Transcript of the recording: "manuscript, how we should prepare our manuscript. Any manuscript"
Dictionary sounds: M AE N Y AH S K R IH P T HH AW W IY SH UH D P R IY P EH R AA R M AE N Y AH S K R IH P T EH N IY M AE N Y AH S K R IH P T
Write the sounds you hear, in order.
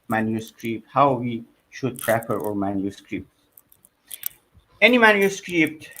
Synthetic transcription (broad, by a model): M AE N Y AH S K R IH P T HH AW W IY SH UH D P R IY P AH R AA R M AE N Y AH S K R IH P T EH N IY M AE N Y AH S K R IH P T